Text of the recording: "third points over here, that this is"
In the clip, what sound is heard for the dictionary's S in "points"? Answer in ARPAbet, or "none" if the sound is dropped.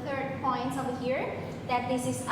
S